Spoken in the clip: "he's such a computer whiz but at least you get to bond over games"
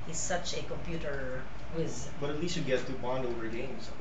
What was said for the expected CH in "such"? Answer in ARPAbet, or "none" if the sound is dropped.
CH